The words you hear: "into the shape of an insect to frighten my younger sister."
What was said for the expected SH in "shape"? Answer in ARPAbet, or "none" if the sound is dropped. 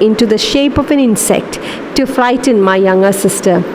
SH